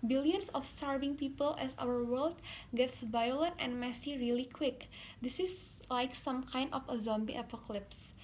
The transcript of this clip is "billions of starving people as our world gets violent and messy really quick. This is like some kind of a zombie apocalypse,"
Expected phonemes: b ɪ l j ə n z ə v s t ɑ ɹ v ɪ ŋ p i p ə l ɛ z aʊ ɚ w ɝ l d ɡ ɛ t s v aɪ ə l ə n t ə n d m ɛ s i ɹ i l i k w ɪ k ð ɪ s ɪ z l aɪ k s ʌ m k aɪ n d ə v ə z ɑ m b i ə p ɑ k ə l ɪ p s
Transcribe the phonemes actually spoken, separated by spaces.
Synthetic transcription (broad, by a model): b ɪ l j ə n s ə f s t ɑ ɹ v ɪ ŋ p i p ə l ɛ s aʊ ɚ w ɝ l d ɡ ɛ t s v aɪ ə l ə n t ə n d m ɛ s i ɹ i l i k w ɪ k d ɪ s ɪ s l aɪ k s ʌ m k aɪ n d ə f ə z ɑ m b i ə p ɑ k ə l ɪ p s